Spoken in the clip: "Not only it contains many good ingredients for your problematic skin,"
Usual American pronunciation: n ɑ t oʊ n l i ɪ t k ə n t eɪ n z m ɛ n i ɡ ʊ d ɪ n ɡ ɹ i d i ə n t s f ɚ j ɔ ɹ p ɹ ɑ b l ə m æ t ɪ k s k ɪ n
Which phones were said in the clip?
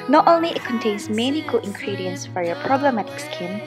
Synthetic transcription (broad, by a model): n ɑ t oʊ n l i ɪ t k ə n t eɪ n s m ɛ n i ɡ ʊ ɪ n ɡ ɹ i d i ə n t s f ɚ j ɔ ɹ p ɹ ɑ b l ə m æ t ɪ k s k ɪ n